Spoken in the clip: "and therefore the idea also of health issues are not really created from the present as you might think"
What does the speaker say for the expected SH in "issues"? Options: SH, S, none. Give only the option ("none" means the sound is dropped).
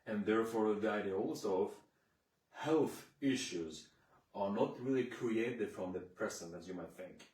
SH